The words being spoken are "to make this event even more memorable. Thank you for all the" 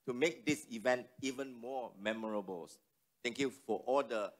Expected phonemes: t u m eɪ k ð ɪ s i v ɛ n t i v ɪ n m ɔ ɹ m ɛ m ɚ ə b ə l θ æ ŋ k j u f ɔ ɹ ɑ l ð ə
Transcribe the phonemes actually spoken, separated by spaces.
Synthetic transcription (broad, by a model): t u m eɪ k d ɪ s i v ɛ n t i v ɪ n m ɔ m ɛ m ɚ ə b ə l s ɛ ŋ k j u f ɔ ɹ ɑ l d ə